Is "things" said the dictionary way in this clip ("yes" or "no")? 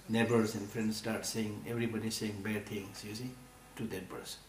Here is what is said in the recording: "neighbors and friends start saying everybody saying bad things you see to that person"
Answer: no